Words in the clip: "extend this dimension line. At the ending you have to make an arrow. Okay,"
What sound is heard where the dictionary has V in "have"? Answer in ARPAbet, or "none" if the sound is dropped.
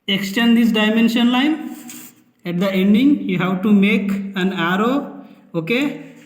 W